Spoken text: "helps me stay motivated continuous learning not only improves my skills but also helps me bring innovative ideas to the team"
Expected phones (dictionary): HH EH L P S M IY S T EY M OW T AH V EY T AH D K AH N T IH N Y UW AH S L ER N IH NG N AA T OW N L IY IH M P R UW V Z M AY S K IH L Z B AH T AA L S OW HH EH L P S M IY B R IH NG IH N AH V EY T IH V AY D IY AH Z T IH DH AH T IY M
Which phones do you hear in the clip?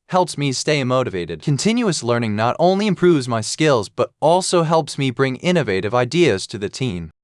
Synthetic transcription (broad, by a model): HH EH L P S M IY S T EY M OW T AH V EY T AH D K AH N T IH N Y UW AH S L ER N IH NG N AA T OW N L IY IH M P R UW V Z M AY S K IH L Z B AH T AA L S OW HH EH L P S M IY B R IH NG IH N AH V EY T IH V AY D IY AH Z T IH DH AH T IY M